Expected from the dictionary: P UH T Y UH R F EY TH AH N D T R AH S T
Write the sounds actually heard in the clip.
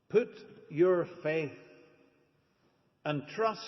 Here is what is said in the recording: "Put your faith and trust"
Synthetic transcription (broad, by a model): P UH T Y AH R F EY TH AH N T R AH S